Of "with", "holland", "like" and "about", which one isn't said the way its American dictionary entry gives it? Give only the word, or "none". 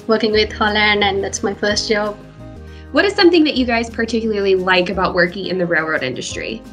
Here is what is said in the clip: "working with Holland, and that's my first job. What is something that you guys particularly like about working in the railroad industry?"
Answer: holland